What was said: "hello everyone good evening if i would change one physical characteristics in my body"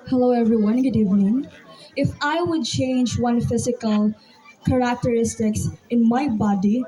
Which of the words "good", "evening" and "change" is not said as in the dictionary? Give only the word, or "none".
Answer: none